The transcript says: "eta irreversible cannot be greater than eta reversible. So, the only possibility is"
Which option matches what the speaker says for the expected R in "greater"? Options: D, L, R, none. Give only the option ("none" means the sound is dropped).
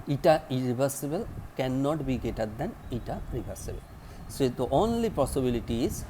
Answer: none